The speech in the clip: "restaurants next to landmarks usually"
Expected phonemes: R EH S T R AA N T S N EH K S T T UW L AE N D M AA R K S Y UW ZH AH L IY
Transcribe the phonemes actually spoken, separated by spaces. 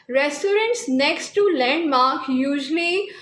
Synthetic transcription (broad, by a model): R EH S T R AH N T S N EH K S T T UW L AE N D M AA R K Y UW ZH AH L IY